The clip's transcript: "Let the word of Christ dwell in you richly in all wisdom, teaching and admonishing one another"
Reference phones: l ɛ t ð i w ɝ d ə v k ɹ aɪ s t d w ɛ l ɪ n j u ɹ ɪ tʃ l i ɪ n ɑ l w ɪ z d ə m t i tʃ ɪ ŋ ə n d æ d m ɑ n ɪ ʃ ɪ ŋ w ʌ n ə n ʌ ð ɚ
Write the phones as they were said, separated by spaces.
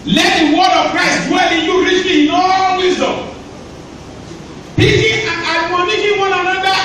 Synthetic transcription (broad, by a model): l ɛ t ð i w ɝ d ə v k ɹ aɪ s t d w ɛ l ɪ n j u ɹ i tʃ i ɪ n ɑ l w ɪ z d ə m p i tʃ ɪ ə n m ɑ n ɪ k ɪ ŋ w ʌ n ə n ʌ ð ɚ